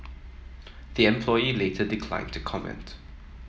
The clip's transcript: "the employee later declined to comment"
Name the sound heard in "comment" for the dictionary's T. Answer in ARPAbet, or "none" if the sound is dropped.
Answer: T